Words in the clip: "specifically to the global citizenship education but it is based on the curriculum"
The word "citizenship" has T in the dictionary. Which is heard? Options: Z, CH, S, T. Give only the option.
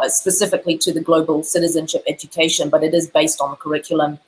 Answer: T